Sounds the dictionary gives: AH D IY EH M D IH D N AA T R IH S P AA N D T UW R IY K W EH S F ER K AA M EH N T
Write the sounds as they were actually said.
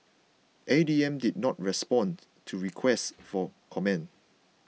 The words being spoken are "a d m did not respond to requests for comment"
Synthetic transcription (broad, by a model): AH D IY EH M D IH D N AA T R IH S P AA N T UW R IY K W EH S F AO K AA M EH N